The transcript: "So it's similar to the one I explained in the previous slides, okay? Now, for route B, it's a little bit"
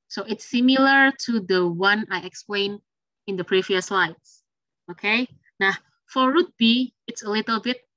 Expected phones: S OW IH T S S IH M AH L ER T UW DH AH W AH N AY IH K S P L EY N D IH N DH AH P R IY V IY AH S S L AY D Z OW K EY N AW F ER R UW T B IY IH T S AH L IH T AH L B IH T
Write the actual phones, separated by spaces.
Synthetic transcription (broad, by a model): S OW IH T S S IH M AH L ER T UW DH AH W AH N AY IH K S P L EY N IH N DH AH P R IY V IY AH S S L AY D S OW K EY N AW F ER R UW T B IY IH T S AH L IH T AH L B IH T